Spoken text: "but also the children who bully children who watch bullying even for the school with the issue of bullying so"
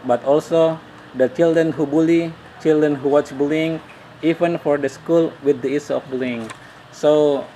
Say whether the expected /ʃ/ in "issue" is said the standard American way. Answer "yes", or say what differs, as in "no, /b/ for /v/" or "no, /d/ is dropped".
no, /s/ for /ʃ/